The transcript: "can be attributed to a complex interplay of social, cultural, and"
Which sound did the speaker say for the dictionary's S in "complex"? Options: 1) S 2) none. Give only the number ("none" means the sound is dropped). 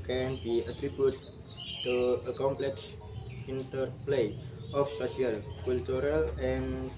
1